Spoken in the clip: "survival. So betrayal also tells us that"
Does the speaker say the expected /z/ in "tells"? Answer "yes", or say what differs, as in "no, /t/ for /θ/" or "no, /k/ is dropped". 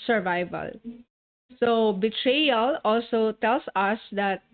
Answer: no, /s/ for /z/